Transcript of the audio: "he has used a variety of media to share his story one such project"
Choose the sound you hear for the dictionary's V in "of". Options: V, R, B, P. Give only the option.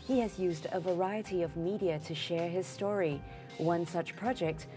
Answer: V